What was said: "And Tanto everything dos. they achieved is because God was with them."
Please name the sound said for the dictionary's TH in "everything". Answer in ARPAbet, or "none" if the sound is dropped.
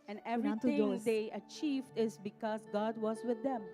T